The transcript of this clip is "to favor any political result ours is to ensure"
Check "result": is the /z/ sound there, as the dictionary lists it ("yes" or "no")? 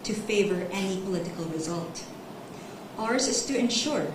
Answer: yes